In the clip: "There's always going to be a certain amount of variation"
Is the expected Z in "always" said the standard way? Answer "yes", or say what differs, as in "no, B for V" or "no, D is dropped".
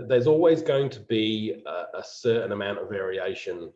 yes